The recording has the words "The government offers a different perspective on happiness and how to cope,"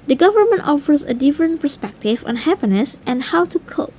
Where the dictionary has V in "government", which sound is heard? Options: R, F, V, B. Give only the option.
V